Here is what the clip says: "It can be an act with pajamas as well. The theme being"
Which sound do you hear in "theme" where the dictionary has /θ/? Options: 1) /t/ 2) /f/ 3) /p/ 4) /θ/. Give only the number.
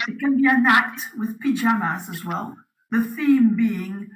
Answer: 4